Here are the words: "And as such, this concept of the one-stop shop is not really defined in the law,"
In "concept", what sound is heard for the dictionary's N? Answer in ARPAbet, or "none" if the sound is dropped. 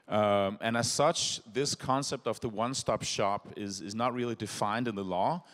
N